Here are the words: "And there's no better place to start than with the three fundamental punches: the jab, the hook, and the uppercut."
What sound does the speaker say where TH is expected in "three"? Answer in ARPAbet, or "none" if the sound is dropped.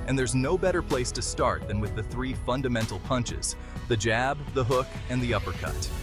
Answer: TH